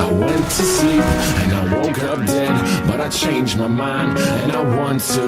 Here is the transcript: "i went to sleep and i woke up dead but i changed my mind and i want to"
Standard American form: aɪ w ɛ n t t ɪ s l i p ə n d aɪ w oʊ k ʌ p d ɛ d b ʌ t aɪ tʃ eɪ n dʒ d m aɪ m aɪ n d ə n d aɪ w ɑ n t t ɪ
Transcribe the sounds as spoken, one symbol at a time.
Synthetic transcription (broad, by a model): aɪ w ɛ n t t ɪ s i ə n aɪ w oʊ k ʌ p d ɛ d b ʌ t aɪ tʃ eɪ n dʒ m aɪ m aɪ n d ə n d aɪ w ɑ n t t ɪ